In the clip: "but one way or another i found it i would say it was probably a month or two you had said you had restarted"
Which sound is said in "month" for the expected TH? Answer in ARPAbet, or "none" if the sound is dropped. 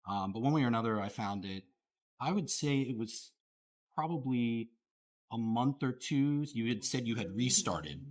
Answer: TH